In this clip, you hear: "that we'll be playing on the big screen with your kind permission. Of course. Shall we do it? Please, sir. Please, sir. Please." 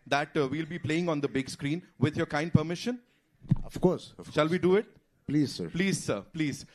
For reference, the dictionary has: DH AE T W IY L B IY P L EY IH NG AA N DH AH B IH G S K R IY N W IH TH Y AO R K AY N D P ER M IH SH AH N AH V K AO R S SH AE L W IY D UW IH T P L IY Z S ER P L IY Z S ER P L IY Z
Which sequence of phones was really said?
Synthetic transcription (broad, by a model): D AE T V IY L B IY P L EY IH NG AA N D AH B IH G S K R IY N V IH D Y AO R K AY N D P ER M IH SH AH N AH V K AO R S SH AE L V IY D UW IH T P L IY Z S ER P L IY Z S ER P L IY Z